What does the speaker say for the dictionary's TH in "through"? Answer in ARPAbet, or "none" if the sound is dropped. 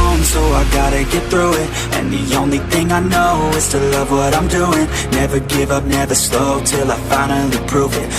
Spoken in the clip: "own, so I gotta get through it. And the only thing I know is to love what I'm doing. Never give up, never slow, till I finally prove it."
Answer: TH